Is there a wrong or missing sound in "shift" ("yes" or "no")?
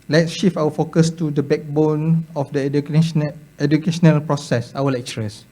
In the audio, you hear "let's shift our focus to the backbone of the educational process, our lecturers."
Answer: yes